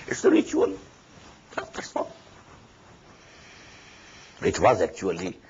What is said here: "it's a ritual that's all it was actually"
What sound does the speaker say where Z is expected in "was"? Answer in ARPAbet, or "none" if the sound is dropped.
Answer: Z